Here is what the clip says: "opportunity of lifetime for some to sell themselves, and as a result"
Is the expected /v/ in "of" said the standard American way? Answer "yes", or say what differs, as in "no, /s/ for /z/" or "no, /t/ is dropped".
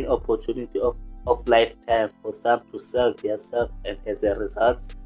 no, /f/ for /v/